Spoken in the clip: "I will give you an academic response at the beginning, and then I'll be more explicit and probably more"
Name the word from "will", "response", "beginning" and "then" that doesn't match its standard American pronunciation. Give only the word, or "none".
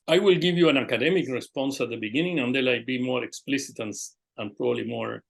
then